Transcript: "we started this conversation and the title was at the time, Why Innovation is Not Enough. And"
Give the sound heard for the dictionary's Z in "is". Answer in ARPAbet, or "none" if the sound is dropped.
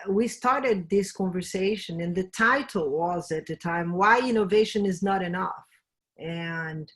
Z